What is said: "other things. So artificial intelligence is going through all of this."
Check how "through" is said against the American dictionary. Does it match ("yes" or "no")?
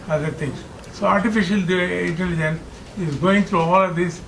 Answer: no